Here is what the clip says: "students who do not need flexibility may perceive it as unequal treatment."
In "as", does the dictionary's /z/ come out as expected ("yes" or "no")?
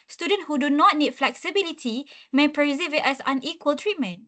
no